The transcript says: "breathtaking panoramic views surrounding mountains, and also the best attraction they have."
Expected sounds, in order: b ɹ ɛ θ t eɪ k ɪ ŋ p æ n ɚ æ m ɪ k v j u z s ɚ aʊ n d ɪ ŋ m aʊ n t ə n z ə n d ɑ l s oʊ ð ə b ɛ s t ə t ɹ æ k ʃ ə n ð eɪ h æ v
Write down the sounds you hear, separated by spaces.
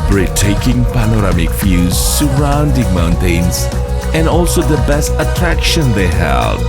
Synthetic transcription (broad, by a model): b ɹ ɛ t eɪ k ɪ ŋ p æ n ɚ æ m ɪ k f j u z s ɚ aʊ n d ɪ ŋ m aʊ n t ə n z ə n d ɑ l s oʊ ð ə b ɛ s t ə t ɹ æ k ʃ ə n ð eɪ h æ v